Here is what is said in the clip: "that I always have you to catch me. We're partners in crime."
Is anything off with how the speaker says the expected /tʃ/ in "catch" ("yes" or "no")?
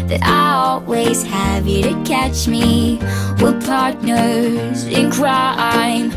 no